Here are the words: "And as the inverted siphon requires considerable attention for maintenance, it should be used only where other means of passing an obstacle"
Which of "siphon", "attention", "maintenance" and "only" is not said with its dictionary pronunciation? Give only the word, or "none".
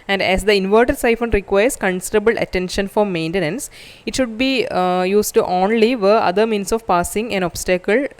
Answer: none